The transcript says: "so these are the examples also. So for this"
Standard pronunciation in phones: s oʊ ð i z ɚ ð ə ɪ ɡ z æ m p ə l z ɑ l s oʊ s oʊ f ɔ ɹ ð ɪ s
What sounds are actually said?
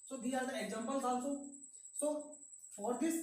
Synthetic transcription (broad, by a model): s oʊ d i ɚ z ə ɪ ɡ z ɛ m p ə l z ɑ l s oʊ s oʊ f ɔ ɹ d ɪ s